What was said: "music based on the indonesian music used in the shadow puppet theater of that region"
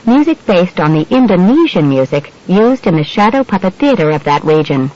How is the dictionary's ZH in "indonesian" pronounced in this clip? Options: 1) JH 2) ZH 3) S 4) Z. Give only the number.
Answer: 2